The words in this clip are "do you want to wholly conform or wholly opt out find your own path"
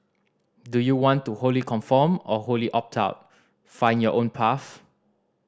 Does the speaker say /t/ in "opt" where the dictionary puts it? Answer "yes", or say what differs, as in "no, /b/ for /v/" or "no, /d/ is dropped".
yes